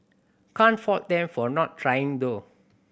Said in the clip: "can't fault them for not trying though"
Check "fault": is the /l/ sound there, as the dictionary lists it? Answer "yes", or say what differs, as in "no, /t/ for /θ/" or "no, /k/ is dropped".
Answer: no, /l/ is dropped